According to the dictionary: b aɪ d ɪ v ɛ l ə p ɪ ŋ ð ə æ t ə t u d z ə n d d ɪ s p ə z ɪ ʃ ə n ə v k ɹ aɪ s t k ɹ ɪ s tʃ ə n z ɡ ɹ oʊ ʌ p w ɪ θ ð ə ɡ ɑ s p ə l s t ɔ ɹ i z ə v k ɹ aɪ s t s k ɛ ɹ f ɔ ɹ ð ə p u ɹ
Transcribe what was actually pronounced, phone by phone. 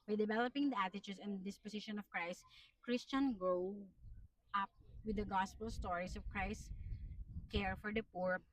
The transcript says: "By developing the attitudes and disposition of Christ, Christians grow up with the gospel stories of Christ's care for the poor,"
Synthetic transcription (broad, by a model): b aɪ d ɪ v ɛ l ə p ɪ ŋ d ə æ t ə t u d s ə n d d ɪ s p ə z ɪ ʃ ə n ə v k ɹ aɪ s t k ɹ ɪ s tʃ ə n ɡ ɹ oʊ ʌ p w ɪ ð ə ɡ ɑ s p ə l s t ɔ ɹ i s ə v k ɹ aɪ s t k ɛ ɹ f ɔ ɹ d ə p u ɹ